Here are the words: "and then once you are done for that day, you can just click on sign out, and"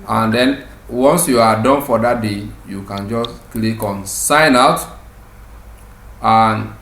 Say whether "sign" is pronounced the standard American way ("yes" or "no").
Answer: yes